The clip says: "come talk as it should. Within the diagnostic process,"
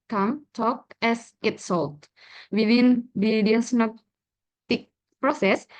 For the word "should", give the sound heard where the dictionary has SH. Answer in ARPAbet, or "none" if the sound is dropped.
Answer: S